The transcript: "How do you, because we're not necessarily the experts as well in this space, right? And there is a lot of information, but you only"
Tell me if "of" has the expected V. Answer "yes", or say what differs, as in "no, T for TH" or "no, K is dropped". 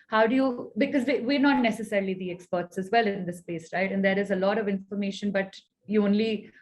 yes